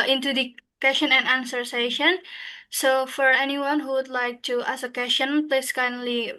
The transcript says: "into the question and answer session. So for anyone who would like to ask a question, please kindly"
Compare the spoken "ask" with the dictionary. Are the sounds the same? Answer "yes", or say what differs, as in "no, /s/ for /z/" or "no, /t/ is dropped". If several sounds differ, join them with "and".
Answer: no, /k/ is dropped